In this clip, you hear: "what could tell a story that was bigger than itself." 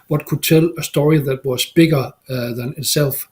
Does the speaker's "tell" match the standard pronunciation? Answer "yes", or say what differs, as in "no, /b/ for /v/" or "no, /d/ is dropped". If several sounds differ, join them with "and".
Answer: no, /s/ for /t/